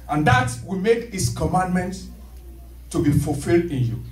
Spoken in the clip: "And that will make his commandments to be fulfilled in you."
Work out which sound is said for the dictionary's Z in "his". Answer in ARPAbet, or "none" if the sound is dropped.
S